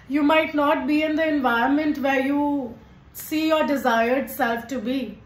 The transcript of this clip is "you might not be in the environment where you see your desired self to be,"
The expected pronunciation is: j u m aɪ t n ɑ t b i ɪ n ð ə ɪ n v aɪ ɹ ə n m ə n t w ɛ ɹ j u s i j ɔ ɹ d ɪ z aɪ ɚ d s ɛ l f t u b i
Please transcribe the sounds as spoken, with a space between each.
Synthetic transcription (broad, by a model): j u m aɪ t n ɑ t b i ɪ n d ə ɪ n v aɪ ə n m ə n t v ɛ ɹ j u s i j ɔ ɹ d ɪ z aɪ ɚ d s ɛ l f t u b i